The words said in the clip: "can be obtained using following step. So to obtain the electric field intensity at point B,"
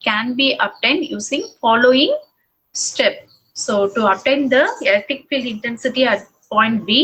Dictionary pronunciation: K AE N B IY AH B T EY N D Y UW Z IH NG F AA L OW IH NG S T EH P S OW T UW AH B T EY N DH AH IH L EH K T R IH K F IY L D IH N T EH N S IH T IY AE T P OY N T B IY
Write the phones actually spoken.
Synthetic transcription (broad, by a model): K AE N B IY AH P T EY N D Y UW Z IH NG F AA L OW IH NG S T EH P S OW T UW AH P T EY N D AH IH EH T IH K F IY L D IH N T EH N S IH T IY AE T P OY N T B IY